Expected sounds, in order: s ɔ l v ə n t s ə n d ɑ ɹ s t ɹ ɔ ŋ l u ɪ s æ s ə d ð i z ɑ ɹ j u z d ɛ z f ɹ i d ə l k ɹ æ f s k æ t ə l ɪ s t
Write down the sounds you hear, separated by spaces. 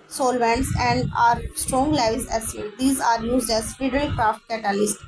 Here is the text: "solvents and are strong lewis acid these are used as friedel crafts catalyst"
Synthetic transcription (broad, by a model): s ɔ l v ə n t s ə n d ɑ ɹ s t ɹ ɔ ŋ l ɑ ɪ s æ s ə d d i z ɑ ɹ j u z d ɛ z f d d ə l k ɹ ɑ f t k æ t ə l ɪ s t